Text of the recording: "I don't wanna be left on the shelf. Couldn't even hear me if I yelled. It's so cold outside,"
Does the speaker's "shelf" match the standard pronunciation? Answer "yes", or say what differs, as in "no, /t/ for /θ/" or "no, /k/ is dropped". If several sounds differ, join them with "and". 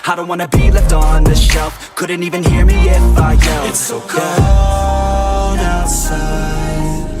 yes